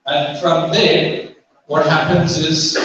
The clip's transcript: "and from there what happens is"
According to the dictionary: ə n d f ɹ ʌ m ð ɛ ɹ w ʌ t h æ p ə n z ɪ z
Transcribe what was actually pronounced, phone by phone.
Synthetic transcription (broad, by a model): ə n f ɹ ʌ m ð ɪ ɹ w ʌ t h æ p ə n z ɪ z